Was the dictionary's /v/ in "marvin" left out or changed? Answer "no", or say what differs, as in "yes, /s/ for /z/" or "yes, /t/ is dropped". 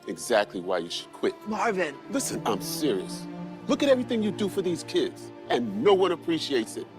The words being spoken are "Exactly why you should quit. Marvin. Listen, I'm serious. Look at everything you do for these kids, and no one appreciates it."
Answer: no